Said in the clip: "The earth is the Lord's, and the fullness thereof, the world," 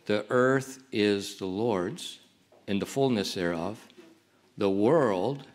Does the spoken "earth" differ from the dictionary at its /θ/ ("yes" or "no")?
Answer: no